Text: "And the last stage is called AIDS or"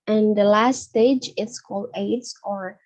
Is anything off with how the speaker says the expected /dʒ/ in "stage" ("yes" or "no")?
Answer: no